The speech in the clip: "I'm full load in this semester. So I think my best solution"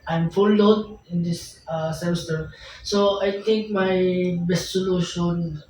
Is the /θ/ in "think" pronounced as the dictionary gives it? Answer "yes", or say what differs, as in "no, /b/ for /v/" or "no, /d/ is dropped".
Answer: no, /t/ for /θ/